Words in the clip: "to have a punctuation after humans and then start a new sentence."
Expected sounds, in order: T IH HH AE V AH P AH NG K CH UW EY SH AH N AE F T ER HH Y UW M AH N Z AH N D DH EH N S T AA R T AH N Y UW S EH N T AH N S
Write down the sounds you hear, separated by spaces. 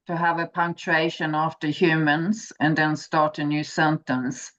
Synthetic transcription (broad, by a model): T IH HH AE V AH P AH NG K CH UW EY SH AH N AE F T ER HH Y UW M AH N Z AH N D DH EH N S T AA R T AH N Y UW S EH N T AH N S